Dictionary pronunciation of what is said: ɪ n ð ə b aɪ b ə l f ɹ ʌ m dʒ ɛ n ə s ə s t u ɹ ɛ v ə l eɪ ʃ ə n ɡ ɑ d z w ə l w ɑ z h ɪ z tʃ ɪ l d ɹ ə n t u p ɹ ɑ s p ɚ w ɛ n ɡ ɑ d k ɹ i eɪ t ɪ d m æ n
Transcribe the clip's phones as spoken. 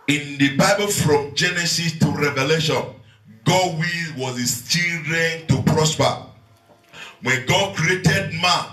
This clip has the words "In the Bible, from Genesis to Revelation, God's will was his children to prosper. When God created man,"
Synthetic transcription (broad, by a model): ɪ n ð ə b aɪ b ə l f ɹ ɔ m dʒ ɛ n ə s ə s t u ɹ ɛ v ə l eɪ ʃ ə n ɡ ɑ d w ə w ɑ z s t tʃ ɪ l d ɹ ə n t u p ɹ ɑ s p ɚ w ɛ n ɡ ɑ d k ɹ i eɪ t ɪ d m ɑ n